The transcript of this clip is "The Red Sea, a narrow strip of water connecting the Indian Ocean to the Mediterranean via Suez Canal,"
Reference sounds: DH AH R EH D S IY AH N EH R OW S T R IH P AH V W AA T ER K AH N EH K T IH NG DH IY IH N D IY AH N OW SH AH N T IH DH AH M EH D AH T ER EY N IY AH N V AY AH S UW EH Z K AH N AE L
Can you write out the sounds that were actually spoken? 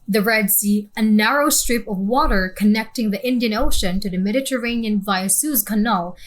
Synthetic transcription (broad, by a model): DH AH R EH D S IY AH N EH R OW S T R IH P AH V W AA T ER K AH N EH K T IH NG DH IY IH N D IY AH N OW SH AH N T IH DH AH M EH D AH T ER EY N IY AH N V AY AH S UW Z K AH N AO L